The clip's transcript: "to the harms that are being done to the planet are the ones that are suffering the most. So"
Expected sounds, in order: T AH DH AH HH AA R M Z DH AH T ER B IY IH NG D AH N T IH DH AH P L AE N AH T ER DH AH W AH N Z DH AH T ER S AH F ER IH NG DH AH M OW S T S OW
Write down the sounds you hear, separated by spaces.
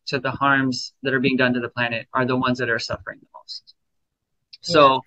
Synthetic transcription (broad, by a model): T DH AH HH AA R M Z DH AH T ER B IY IH NG D AH N T IH DH AH P L AE N AH T ER DH AH W AH N Z DH AH T ER S AH F ER IH NG DH AH M OW S T S OW